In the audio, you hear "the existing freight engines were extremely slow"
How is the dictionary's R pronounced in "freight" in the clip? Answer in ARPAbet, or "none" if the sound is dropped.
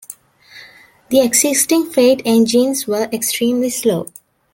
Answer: none